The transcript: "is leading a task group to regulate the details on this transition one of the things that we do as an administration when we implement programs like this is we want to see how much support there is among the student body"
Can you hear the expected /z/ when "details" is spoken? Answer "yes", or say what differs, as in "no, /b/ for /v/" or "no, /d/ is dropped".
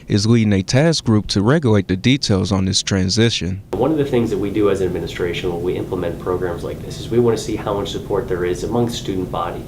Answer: yes